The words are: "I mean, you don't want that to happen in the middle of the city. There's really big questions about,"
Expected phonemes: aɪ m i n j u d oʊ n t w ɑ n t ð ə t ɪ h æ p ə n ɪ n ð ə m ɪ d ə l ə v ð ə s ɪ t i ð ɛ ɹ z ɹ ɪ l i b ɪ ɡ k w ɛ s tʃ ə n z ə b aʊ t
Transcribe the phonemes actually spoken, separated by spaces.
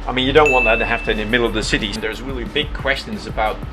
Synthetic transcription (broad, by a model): aɪ m i n j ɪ d oʊ n t w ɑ n ð ə t ɪ h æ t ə ɪ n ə m ɪ d l ə v ð ə s ɪ t i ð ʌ ɹ z ɹ ɪ l i b ɪ ɡ k w ɛ s tʃ ə n z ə b aʊ t